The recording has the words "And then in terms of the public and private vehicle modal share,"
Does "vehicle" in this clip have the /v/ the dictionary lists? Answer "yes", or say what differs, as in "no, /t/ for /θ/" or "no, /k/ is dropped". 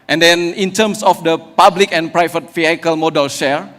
no, /f/ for /v/